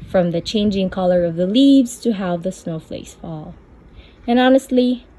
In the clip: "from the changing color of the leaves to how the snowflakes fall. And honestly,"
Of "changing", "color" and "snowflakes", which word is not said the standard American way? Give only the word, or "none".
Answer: snowflakes